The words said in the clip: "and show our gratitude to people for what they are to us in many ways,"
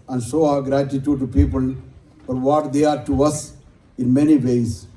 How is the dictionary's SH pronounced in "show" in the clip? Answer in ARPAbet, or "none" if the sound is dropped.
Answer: S